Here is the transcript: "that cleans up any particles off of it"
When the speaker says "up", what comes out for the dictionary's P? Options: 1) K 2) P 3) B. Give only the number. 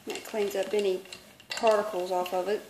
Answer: 3